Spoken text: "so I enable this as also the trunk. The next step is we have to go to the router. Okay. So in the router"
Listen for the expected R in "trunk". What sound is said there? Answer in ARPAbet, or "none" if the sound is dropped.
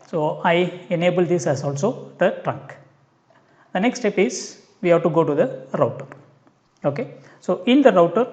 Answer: R